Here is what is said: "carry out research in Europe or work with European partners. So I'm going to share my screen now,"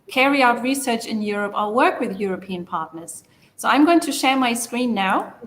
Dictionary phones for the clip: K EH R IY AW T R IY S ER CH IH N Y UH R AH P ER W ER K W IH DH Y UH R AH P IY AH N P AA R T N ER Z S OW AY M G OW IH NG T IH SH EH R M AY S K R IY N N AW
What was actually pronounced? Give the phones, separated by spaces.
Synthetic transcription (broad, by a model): K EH R IY AW T R IY S ER CH IH N Y UH R AH P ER W ER K W IH DH Y UH R AH P IY AH N P AA R T N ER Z S OW AY M G OW IH NG T IH SH EH R M AY S K R IY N N AW